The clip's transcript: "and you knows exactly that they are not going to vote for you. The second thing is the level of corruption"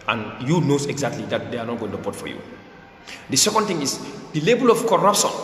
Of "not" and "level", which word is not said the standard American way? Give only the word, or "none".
level